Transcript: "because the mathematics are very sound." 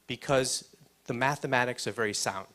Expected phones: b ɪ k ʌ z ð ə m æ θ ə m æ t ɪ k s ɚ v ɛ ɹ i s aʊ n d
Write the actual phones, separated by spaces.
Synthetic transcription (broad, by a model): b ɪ k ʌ z ð ə m æ θ ə m æ t ɪ k s ɚ v ɛ ɹ i s aʊ n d